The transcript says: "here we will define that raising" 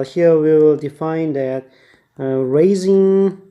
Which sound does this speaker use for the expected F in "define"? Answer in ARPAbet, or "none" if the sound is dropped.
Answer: F